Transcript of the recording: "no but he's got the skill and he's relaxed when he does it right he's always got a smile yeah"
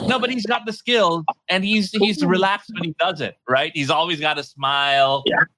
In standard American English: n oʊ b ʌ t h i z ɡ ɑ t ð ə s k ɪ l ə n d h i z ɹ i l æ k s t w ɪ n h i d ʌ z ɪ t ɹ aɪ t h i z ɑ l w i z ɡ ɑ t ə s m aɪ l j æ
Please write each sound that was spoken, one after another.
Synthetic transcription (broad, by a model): n oʊ b ʌ t h i z ɡ ɑ t ð ə s k ɪ l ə n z h i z ɹ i l æ k s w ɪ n h i d ʌ z ɪ t ɹ aɪ t h i z ɑ l w i z ɡ ɑ t ə s m aɪ l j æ